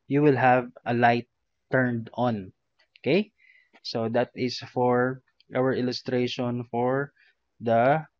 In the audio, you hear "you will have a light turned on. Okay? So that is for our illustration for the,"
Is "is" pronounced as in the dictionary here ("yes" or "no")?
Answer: no